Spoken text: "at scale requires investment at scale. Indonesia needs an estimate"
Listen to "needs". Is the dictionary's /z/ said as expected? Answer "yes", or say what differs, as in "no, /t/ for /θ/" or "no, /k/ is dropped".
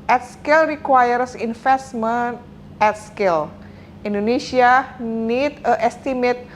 no, /z/ is dropped